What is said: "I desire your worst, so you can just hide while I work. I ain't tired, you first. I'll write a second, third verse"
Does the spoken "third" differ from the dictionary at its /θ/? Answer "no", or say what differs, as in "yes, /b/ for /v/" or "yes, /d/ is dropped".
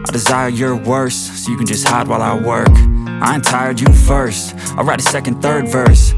no